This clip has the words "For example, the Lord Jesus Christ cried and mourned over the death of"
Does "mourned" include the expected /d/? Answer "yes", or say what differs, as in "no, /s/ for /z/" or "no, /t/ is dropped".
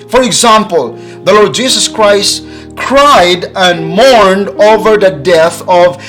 yes